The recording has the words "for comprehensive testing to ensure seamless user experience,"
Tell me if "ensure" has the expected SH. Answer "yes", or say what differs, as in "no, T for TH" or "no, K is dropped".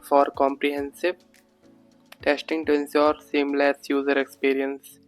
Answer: no, S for SH